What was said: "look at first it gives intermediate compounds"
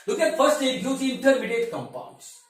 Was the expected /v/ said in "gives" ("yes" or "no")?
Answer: no